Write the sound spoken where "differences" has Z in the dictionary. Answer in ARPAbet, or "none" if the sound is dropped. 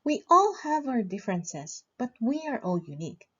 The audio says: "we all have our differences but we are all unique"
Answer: S